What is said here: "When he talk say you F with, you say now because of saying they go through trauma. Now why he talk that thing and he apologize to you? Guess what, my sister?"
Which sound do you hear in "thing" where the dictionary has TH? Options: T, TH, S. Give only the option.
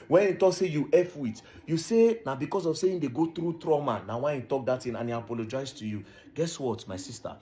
T